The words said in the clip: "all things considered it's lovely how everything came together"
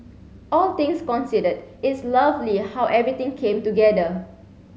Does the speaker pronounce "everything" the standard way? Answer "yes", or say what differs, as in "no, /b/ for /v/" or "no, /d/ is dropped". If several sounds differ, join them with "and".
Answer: no, /t/ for /θ/